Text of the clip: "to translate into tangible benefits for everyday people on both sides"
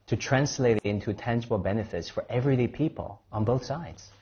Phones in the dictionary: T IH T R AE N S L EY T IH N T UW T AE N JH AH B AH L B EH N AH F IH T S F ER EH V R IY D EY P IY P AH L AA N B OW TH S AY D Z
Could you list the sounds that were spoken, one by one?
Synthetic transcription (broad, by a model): T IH T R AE N S L EY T IH N T UW T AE N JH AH B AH L B EH N AH F IH T S F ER EH V R IY D EY P IY P AH L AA N B OW TH S AY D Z